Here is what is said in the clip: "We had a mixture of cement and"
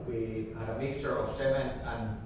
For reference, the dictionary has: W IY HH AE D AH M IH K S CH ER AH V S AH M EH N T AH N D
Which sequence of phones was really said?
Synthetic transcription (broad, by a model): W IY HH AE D AH M IH K S CH ER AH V S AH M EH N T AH N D